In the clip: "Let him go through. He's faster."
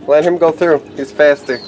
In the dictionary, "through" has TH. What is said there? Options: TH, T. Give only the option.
TH